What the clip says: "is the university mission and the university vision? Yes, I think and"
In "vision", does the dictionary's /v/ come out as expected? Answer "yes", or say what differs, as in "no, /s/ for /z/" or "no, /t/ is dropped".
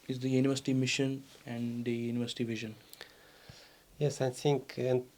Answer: yes